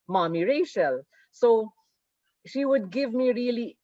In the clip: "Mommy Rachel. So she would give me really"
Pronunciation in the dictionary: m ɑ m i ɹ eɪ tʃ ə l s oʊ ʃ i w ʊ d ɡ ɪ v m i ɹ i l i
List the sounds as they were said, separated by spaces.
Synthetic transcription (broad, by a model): m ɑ m i ɹ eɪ ʃ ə l s oʊ ʃ i w ʊ d ɡ ɪ v m i ɹ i l i